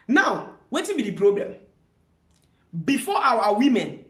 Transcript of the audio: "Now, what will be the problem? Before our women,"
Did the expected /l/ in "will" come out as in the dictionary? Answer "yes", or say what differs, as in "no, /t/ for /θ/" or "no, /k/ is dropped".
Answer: no, /n/ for /l/